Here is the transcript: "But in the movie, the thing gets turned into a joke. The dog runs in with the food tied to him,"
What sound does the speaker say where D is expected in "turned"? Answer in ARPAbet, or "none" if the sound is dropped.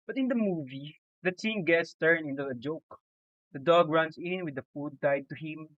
none